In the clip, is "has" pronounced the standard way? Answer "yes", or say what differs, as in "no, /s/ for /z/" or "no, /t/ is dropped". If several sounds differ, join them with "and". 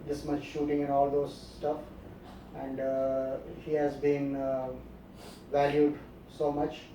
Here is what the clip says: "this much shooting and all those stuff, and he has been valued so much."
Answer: yes